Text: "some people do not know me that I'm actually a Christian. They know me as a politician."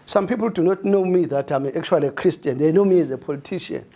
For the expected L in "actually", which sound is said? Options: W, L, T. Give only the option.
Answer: W